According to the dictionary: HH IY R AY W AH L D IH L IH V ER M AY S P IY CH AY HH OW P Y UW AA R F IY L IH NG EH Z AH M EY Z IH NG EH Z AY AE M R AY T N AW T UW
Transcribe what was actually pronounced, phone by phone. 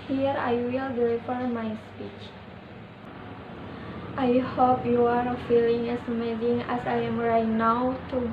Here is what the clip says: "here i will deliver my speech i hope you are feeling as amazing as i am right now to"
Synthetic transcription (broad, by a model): HH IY R AY W AH L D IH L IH F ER M AY S P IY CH AY HH OW P Y UW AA R F IY L IH NG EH S AH M EY Z IH NG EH S AY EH M R AY T N AW T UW